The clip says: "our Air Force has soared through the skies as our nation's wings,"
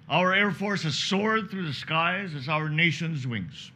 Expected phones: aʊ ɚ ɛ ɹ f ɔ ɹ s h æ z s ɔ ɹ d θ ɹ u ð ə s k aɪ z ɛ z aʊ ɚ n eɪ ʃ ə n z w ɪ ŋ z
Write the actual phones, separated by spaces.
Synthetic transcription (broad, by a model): aʊ ɚ ɛ ɹ f ɔ ɹ s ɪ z s ɔ ɹ d θ ɹ u ð ə s k aɪ z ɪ z aʊ ɚ n eɪ ʃ ə n z w ɪ ŋ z